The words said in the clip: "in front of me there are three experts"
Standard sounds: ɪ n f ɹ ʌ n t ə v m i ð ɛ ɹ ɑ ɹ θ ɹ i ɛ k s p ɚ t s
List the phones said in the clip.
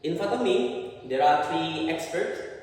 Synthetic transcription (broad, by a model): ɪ n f ʌ t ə m i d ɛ ɹ ɑ ɹ t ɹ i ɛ k s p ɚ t s